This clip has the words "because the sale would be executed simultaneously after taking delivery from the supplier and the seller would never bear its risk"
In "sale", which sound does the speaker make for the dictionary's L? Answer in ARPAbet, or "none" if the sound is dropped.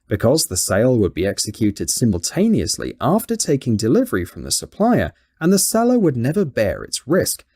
L